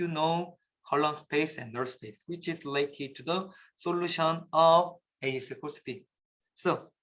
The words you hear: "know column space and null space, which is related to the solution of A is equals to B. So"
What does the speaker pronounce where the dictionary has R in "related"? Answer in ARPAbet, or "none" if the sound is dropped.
L